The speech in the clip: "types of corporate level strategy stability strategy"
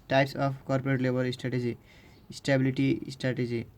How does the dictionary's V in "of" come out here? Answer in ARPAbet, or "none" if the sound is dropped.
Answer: P